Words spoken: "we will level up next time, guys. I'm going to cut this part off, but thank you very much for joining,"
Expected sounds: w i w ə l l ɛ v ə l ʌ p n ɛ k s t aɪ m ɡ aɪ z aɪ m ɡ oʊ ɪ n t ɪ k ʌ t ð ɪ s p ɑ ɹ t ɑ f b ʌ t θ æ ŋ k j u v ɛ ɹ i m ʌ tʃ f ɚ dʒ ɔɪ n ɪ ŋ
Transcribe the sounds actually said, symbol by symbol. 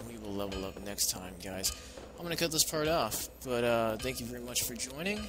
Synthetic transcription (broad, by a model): w i w ə l l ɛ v l ʌ p n ɛ k s t aɪ m ɡ aɪ z aɪ m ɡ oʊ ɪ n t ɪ k ʌ t ð ɪ s p ɑ ɹ t ɑ f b ʌ t θ æ ŋ k j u v ɛ ɹ i m ʌ tʃ f ɚ dʒ ɔɪ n ɪ ŋ